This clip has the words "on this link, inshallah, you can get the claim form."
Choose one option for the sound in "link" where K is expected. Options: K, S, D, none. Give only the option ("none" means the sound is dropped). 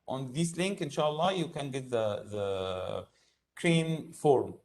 K